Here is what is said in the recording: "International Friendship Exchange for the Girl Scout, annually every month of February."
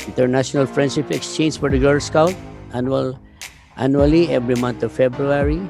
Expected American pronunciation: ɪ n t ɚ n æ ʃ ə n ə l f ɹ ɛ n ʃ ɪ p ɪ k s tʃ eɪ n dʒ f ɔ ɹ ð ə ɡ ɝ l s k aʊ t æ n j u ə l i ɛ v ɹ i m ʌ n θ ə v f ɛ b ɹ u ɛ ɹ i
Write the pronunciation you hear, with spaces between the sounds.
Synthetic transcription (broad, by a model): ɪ n t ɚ n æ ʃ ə n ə l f ɹ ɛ n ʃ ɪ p ɪ k s tʃ eɪ n dʒ f ɔ ɹ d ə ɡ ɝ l s k aʊ t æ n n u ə l i ɛ v ɹ i m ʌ n t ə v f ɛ b ɹ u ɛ ɹ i